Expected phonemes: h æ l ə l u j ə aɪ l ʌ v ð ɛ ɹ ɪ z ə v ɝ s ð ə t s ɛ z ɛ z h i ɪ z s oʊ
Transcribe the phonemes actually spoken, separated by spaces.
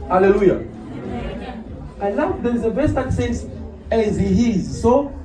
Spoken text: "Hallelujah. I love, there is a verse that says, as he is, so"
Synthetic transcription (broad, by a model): h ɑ l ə l u j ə aɪ l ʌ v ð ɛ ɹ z ə b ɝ s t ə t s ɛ s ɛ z h i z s oʊ